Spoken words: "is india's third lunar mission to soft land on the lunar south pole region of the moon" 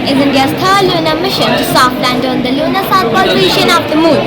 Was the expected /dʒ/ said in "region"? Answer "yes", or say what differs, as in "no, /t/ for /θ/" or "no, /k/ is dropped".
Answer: no, /ʃ/ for /dʒ/